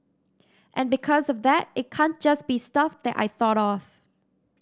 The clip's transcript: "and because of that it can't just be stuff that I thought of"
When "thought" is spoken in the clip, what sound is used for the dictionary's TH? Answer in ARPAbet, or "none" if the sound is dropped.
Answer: TH